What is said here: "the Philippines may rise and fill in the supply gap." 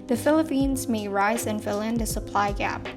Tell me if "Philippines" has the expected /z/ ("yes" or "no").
yes